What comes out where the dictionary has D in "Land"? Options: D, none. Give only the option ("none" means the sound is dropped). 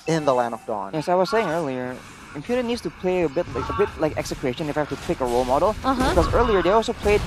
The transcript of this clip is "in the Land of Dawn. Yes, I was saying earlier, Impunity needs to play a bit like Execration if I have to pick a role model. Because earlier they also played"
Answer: none